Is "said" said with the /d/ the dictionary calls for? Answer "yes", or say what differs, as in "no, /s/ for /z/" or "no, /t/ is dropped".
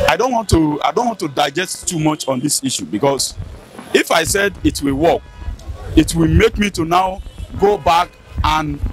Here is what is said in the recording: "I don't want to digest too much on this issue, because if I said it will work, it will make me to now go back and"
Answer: yes